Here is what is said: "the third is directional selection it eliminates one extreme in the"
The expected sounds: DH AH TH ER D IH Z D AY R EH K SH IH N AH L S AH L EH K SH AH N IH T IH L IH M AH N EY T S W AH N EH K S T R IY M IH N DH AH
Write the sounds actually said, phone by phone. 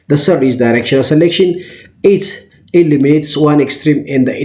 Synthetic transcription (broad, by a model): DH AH S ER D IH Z D AY R EH K SH IH N AH L S AH L EH K SH AH N IH T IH L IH M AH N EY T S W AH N EH K S T R IY M IH N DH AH